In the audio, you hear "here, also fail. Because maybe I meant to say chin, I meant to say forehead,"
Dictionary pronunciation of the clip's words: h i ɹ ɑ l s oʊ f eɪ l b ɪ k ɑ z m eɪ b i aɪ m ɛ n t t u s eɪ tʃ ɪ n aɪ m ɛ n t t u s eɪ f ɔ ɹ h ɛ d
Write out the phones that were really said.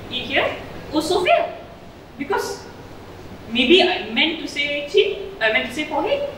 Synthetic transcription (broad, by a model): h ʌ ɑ s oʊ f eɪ b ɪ k ɑ s m eɪ b i aɪ m ɛ n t t u s eɪ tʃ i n aɪ m ɛ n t t u s eɪ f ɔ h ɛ